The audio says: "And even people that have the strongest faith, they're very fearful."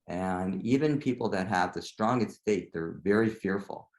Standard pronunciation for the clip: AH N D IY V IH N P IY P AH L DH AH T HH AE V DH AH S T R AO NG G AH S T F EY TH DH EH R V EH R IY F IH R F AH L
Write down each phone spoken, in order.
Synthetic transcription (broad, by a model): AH N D IY V IH N P IY P L DH AH T HH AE V DH AH S T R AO NG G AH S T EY T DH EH R V EH R IY F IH R F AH L